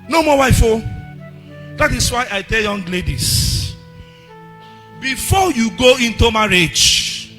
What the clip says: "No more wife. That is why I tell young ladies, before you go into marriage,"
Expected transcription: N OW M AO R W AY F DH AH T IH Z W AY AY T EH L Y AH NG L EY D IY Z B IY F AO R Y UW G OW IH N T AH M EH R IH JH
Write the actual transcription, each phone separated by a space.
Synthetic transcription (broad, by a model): N OW M AO W AY F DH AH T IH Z W AY AY T EH L Y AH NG L EY D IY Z B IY F AO Y UW G OW IH N T AH M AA R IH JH